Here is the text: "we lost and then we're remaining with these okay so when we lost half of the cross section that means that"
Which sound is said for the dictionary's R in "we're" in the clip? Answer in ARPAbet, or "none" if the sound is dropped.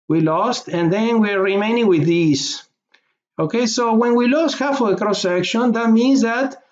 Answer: R